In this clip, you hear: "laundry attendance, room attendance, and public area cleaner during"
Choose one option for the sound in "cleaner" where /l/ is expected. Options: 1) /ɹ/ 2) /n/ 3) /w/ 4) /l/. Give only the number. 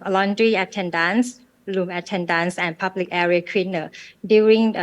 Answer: 3